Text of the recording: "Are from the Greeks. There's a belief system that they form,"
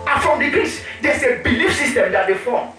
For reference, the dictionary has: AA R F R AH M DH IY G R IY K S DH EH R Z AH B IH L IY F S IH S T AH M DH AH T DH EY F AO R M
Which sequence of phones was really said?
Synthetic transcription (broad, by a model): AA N F R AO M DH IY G IY S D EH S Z AH B IH L IY F S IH S T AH M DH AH T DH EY F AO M